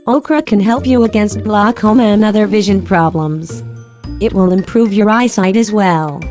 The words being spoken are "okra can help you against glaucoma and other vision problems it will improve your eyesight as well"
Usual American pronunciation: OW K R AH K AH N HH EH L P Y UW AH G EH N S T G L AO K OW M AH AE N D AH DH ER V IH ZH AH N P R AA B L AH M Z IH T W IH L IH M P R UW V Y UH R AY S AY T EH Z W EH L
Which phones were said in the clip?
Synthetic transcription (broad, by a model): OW K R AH K AH N HH EH L P Y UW AH G EH N S T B L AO K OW M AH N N AH DH ER V IH ZH AH N P R AA B L AH M Z IH T W IH L IH M P R UW V Y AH R AY S AY T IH Z W EH L